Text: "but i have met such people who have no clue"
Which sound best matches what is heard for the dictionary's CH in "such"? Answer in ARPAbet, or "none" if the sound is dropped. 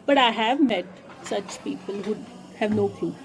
CH